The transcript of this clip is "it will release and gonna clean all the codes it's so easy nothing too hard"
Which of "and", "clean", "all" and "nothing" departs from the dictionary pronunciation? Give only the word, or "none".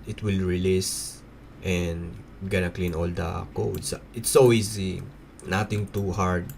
nothing